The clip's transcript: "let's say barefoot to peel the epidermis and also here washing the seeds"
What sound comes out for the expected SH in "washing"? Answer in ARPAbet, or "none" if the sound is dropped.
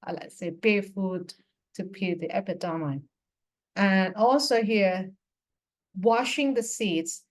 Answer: SH